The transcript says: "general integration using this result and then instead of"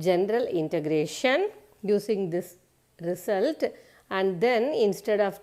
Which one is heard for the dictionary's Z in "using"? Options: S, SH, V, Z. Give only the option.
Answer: S